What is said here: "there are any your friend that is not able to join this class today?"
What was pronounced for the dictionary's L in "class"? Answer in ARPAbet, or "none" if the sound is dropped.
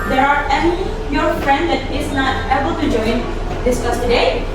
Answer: none